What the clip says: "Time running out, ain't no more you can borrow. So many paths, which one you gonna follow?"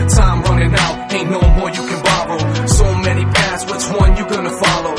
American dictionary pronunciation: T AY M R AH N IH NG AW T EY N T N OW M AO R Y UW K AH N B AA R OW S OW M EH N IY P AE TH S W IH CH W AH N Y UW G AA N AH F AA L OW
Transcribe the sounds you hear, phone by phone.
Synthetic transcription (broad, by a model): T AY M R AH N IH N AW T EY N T N OW M AO R Y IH K AH N B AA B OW S OW M EH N IY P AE T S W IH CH W AH N Y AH G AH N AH F AA L OW